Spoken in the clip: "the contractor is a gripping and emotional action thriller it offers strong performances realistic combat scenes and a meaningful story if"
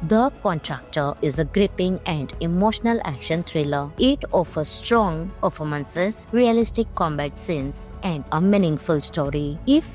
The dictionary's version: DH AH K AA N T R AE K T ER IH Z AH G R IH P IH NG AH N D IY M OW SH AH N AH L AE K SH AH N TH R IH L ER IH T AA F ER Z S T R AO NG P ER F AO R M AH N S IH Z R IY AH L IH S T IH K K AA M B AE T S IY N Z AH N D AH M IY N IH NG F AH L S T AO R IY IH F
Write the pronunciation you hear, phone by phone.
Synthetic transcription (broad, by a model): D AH K AA N T R AE K T ER IH Z AH G R IH P IH NG AH N D IY M OW SH AH N AH L AE K SH AH N T R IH L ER IH T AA F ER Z S T R AO NG P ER F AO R M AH N S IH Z R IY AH L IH S T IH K K AA M B AE T S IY N S AH N D AH M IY N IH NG F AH L S T AO R IY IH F